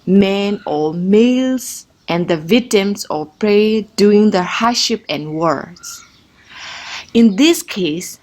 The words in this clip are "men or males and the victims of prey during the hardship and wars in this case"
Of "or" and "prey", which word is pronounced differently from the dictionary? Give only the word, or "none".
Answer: or